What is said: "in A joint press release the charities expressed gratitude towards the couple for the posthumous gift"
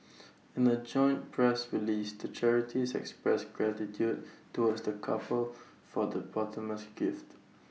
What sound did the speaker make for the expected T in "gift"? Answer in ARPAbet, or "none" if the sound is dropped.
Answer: T